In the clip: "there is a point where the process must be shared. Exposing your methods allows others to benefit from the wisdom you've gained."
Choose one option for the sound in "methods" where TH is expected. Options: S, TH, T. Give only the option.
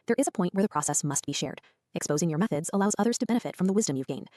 TH